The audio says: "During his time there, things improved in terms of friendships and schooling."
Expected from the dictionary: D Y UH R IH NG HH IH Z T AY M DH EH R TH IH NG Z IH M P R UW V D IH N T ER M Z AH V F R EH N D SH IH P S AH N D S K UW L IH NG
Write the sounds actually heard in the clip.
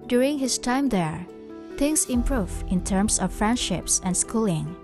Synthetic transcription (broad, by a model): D Y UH R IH NG HH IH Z T AY M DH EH R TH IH NG S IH M P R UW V IH N T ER M S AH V F R EH N D SH IH P S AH N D S K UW L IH NG